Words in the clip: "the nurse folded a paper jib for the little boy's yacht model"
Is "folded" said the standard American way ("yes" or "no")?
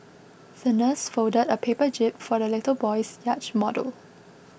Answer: no